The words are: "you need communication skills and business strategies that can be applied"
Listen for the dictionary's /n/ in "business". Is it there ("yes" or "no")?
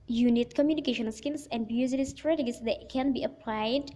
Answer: no